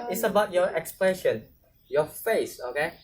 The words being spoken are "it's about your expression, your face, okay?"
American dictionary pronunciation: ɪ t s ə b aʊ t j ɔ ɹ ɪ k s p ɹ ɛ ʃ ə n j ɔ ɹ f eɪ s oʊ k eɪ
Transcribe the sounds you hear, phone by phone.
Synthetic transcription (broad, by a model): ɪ t s ə b aʊ t j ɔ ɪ k s p l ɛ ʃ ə n j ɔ f eɪ s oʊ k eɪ